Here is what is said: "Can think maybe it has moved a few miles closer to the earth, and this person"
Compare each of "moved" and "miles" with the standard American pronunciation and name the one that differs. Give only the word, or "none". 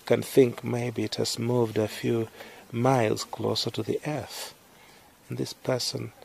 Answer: none